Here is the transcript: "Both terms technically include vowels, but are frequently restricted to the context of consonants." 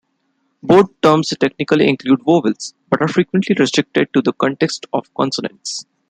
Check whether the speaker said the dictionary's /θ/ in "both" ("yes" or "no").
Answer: no